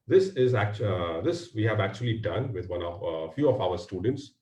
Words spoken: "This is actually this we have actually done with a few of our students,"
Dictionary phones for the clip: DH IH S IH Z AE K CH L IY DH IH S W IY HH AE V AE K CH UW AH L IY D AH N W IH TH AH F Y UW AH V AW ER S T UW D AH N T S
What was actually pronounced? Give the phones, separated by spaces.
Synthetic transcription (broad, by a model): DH IH S IH Z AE K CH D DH IH S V IY HH AE V AE K CH UW AH L IY D AH N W IH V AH F Y UW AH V AW ER S T UW D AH N T S